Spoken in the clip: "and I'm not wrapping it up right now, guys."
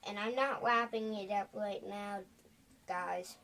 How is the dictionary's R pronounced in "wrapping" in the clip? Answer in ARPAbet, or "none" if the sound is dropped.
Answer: W